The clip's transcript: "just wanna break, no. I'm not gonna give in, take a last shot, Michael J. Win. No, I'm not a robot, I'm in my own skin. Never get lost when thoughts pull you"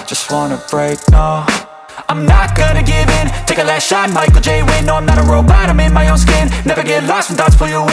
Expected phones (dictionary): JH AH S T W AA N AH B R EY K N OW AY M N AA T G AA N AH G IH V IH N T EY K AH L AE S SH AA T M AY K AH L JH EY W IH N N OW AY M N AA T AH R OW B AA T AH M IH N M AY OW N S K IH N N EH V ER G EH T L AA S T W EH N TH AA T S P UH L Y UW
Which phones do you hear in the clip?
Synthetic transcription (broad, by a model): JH AH S T W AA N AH B R EY K N OW AY M N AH T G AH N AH G IH V IH N T EY K AH L AE S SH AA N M AY K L JH EY W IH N N OW AY M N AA T AH R OW B AA T AH M IH N M AY OW N S K IH N N EH V ER G EH T L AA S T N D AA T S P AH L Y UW